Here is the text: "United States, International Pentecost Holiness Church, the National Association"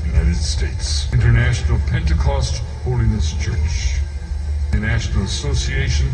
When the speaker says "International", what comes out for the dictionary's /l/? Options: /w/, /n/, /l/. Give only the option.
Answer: /l/